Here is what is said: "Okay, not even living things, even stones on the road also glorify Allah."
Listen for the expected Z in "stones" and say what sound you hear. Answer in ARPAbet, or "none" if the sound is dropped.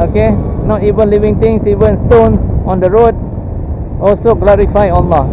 none